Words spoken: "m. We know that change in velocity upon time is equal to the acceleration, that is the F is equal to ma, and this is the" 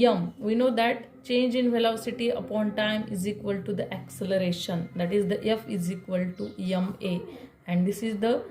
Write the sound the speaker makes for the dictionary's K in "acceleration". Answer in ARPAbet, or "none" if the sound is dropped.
K